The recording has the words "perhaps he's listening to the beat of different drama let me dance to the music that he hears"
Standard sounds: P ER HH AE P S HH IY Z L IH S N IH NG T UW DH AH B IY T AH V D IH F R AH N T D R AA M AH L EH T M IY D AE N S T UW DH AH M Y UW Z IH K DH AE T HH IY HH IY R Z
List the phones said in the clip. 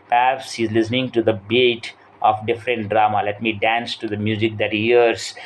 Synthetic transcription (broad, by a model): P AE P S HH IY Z L IH S N IH NG T UW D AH B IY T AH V D IH F R AH N T D R AA M AH L EH T M IY D AE N S T UW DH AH M Y UW Z IH K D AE T HH IY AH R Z